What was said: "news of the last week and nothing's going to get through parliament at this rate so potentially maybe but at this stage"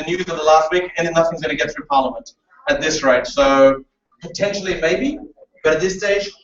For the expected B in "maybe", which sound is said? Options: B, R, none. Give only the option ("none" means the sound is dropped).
B